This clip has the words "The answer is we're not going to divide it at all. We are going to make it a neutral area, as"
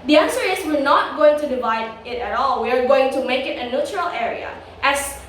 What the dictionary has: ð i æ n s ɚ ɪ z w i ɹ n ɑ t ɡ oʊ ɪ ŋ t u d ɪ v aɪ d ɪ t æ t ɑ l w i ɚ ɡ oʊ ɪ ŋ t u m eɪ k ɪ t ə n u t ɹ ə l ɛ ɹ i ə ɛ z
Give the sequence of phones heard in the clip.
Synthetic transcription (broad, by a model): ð i æ n s ɚ ɪ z w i ɹ n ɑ t ɡ oʊ ɪ ŋ t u d ɪ v aɪ d ɪ t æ t ɑ l w i ɚ ɡ oʊ ɪ ŋ t u m eɪ k ɪ t ə n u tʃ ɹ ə l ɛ ɹ i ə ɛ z